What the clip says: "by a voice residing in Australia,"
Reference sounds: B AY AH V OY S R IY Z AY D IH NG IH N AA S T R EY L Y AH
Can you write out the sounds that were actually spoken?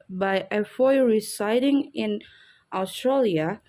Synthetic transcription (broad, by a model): B AY AH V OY R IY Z AY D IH NG IH N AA S T R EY L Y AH